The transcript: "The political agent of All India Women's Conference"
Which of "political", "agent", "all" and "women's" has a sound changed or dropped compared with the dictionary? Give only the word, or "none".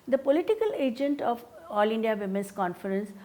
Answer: women's